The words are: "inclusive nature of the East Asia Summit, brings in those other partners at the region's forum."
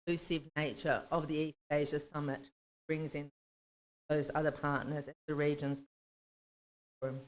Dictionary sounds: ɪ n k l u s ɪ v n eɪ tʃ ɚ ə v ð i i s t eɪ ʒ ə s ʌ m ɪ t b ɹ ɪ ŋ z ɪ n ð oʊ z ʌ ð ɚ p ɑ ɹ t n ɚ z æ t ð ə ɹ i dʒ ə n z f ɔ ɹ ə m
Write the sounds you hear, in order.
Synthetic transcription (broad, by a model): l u s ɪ v n eɪ tʃ ɚ ə v ð i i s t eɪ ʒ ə s ʌ m ɪ t b ɹ ɪ ŋ z ɪ n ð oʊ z ʌ ð ɚ p ɑ ɹ t n ɚ z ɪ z ð ə ɹ i dʒ ə n z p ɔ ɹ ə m